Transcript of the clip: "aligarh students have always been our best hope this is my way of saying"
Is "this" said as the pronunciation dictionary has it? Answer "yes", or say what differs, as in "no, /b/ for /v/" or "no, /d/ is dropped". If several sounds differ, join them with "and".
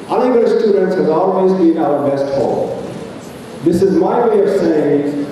yes